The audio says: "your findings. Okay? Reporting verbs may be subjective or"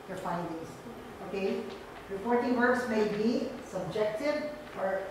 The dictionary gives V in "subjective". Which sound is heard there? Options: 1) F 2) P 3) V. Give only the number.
1